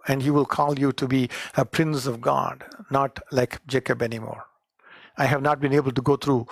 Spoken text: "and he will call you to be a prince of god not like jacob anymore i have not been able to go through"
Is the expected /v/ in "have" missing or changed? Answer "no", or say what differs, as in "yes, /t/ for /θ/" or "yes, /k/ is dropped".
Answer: no